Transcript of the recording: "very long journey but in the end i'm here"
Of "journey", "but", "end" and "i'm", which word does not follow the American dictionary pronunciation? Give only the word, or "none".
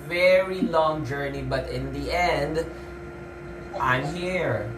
none